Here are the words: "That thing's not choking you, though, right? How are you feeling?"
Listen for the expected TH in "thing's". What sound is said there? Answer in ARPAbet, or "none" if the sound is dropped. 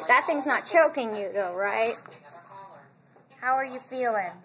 TH